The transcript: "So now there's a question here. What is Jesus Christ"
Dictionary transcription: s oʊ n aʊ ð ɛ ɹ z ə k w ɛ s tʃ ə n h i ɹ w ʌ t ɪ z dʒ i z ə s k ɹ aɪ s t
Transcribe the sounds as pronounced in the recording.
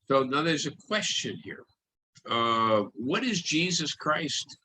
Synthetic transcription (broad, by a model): s oʊ n aʊ ð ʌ ɹ z ə k w ɛ s tʃ ə n h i ɹ w ʌ t ɪ z dʒ i z ə s k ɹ aɪ s t